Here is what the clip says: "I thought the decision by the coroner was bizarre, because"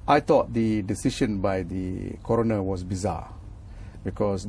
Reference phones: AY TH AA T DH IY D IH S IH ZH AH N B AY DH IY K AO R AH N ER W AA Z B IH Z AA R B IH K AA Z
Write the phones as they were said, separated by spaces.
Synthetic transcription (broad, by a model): AY T AA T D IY D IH S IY SH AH N B AY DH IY K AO R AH N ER W AA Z B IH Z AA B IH K AA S